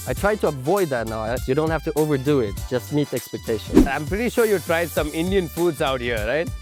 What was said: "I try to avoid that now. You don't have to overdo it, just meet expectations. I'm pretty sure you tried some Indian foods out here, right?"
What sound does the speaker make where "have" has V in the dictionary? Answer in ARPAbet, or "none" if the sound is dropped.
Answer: F